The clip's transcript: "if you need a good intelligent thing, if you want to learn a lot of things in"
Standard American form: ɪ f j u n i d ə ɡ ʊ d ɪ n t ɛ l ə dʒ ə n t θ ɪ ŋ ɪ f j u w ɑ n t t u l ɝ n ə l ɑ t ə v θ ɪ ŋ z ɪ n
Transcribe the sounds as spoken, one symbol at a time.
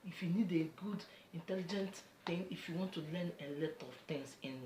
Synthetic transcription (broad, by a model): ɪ f j u n i d ə ɡ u d ɪ n t ɛ l ə dʒ ə n t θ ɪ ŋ ɪ f j u w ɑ n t t u l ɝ n ə l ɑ t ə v t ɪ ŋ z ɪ n